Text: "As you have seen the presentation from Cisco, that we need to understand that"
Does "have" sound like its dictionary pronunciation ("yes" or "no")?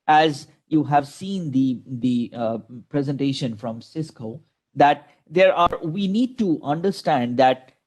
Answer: yes